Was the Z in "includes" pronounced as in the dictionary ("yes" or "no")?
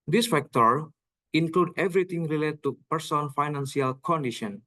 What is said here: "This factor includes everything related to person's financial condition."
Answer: no